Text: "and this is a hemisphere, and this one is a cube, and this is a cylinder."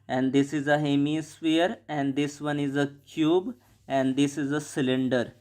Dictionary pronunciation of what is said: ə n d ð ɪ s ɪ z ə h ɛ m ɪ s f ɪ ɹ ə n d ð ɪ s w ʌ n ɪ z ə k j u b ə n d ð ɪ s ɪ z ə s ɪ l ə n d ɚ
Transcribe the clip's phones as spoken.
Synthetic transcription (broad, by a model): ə n d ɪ s ɪ z ə h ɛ m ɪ s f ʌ ɹ ə n d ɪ s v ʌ n ɪ z ə k j u b ə n d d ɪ s ɪ z ə s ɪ l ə n d ɚ